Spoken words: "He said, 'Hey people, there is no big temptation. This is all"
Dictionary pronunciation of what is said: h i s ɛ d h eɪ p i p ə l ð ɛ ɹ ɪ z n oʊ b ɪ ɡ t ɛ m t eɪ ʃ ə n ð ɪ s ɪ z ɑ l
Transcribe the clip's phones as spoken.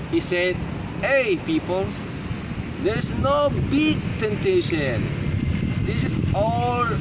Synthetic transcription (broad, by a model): h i s ɛ d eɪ p i p ə l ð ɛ ɹ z n oʊ b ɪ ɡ t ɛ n t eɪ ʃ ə n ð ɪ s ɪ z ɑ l